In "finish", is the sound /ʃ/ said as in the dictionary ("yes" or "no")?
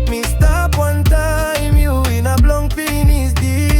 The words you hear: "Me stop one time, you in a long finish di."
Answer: no